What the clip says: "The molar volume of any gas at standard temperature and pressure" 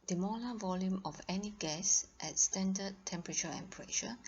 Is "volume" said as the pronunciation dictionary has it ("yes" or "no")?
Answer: yes